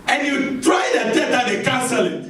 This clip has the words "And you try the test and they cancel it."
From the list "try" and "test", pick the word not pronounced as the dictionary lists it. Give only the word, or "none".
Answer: test